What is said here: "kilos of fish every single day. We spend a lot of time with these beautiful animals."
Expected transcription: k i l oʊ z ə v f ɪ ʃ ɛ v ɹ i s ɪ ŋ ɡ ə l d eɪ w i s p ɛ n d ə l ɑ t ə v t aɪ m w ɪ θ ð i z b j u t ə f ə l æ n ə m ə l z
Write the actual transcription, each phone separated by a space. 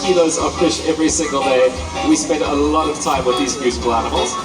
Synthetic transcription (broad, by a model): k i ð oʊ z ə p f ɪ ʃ ɛ v ɹ i s ɪ ŋ ɡ ə l d eɪ w i s p ɛ n d ə l ɑ t ə v t aɪ m w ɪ ð i z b j u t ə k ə l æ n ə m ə l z